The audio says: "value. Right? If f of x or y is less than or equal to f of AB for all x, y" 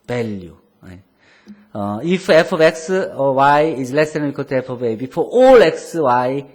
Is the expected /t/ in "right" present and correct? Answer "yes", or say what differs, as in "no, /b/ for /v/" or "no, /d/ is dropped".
no, /t/ is dropped